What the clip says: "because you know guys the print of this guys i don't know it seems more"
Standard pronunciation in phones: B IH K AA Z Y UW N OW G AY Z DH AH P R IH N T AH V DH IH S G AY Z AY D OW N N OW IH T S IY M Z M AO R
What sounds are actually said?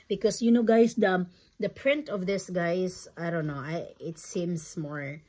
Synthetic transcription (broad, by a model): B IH K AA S Y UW N OW G AY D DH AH P R IH N T AH V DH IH S G AY S AY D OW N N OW IH T S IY M S M AO R